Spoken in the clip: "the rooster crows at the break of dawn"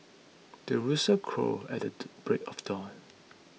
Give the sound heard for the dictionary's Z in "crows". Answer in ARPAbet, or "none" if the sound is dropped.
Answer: none